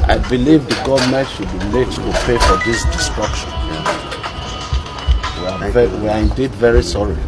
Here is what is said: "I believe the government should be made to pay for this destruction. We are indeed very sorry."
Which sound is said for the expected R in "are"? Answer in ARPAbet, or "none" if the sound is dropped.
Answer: W